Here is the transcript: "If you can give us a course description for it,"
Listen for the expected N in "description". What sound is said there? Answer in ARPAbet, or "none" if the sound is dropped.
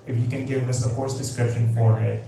N